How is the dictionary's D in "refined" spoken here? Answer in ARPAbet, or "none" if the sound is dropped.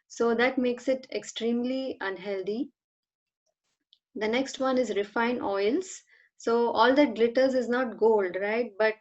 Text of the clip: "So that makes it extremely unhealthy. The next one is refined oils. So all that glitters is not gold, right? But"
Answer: none